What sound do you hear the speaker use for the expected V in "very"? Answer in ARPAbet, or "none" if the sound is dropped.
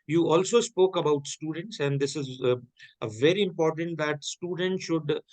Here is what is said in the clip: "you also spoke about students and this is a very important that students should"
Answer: V